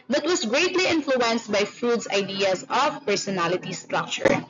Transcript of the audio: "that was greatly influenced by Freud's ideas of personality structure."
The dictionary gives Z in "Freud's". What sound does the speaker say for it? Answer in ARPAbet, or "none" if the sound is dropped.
S